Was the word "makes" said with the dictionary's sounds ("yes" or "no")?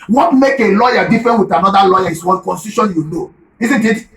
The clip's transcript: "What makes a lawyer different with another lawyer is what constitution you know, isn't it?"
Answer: no